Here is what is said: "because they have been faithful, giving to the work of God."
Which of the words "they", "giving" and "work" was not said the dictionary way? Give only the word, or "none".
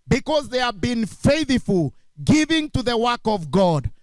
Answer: none